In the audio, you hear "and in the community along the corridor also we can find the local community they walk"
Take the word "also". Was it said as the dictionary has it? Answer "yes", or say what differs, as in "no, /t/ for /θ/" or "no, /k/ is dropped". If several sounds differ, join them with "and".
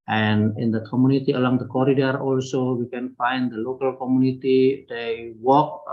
yes